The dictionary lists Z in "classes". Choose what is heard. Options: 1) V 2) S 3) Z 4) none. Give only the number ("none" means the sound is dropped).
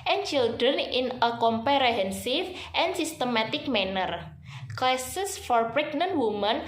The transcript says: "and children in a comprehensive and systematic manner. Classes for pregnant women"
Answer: 2